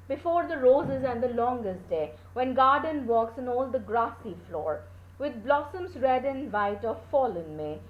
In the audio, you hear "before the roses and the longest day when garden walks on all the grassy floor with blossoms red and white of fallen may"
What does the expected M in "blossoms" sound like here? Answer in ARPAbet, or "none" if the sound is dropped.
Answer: M